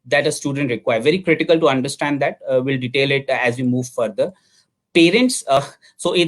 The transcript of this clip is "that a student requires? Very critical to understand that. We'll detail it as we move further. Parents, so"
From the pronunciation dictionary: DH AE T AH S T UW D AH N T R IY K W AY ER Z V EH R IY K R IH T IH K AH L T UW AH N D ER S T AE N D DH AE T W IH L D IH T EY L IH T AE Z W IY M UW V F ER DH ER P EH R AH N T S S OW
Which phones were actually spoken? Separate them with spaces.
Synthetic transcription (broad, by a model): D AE T AH S T UW D AH N T R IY K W AY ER V EH R IY K R IH T IH K AH L T UW AH N D ER S T AE N D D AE T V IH L D IH T EY L IH T AE Z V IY M UW V F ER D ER P EH R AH N T S S OW